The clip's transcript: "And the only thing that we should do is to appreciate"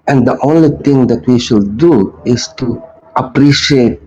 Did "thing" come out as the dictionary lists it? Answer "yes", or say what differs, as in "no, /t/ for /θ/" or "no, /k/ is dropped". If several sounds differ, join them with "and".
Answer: no, /t/ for /θ/